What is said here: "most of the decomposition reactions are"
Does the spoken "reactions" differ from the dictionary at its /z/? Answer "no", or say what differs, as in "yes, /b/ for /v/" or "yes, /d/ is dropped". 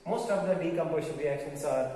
yes, /s/ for /z/